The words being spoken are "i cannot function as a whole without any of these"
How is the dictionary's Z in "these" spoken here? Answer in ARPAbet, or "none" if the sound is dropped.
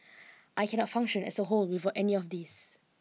S